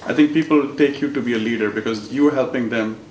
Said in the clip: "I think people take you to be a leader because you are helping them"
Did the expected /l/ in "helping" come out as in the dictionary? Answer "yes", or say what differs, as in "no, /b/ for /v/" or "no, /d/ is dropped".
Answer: yes